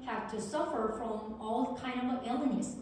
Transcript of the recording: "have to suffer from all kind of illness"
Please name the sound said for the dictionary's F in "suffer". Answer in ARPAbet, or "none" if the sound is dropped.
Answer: F